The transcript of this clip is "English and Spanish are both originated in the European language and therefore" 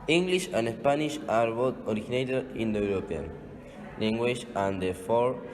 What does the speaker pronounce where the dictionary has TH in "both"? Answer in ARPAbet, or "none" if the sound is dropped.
T